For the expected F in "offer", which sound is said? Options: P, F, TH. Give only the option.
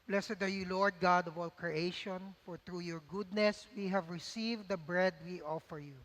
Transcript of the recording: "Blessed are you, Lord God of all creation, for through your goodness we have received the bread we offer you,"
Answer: F